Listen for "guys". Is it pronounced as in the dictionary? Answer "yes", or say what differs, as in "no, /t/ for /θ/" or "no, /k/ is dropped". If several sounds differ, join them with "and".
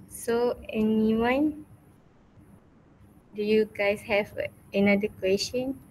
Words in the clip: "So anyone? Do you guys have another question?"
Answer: no, /s/ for /z/